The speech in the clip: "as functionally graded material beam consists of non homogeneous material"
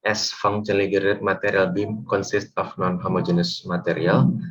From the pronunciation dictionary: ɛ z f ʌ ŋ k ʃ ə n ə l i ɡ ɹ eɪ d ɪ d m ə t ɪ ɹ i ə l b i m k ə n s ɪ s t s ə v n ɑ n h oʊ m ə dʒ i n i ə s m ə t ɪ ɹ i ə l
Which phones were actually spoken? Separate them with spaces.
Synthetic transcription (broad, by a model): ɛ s f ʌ ŋ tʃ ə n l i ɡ eɪ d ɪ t m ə t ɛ ɹ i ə l b i m k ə n s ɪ s t ə f n ɑ n h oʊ m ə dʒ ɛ n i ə s m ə t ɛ ɹ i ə l